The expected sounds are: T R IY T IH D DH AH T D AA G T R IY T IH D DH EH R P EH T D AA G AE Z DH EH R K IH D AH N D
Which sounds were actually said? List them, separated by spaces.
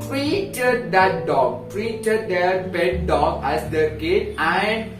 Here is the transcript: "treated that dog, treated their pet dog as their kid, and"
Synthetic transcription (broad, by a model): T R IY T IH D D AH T D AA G T R IY T IH D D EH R B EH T D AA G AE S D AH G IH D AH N D